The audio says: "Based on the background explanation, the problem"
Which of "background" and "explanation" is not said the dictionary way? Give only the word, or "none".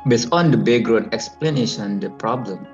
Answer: background